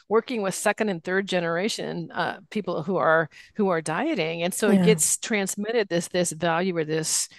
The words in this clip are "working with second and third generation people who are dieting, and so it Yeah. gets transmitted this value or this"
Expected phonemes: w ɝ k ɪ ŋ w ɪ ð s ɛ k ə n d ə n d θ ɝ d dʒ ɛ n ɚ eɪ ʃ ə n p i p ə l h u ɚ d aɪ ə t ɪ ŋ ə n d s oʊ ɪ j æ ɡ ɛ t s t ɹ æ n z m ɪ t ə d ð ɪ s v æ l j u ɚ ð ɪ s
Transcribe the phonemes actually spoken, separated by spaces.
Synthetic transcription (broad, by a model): w ɝ k ɪ ŋ w ɪ ð s ɛ k ə n d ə n θ ɝ d dʒ ɛ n ɚ eɪ ʃ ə n p i p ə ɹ h u ɚ d aɪ ə t ɪ ŋ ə n s oʊ ɪ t ɡ ɛ t s t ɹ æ n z m ɪ t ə d ð ɪ s v æ l j u ɚ ð ɪ s